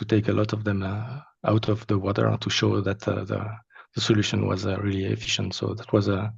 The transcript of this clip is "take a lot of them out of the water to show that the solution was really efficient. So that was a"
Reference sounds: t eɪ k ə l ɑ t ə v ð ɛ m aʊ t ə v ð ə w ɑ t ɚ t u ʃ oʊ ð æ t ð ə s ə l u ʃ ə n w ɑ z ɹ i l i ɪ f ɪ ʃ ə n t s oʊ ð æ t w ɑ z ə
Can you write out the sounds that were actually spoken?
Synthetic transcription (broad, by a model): t eɪ k ə l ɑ t ə v ð ɛ m aʊ t ə v ð ə w ɑ t ɚ t u ʃ oʊ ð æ t ð ə s ə l u ʃ ə n w ɑ z ɹ i l i ɪ f ɪ ʃ ə n t s oʊ ð æ t w ɑ z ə